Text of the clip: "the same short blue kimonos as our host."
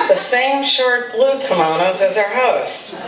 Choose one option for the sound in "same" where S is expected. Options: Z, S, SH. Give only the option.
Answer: S